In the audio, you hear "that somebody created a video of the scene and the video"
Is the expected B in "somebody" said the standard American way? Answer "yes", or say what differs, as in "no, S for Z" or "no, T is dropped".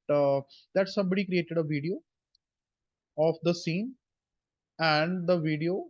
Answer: yes